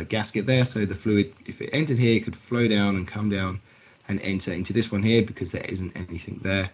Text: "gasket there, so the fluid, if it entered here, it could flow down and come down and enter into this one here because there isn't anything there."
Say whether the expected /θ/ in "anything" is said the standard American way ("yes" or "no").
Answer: yes